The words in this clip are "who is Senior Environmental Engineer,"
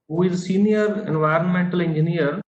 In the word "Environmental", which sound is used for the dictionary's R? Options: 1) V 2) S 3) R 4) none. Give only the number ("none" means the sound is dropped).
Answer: 3